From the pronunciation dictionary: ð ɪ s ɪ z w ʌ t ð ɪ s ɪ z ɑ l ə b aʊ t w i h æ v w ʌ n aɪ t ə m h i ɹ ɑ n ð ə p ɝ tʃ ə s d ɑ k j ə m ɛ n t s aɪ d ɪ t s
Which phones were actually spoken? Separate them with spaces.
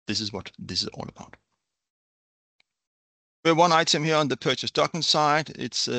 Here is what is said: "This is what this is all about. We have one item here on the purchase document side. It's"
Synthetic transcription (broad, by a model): ð ɪ s ɪ z w ʌ t ð ɪ s ɪ z ɑ l ə b aʊ t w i w ʌ n aɪ t ə m h i ɹ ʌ n ð ə p ɝ tʃ ə s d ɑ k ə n s aɪ d ɪ t s